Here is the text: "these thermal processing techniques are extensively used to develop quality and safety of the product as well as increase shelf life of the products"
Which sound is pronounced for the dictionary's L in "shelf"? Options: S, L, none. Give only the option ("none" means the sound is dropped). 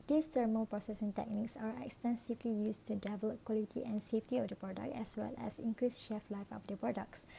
none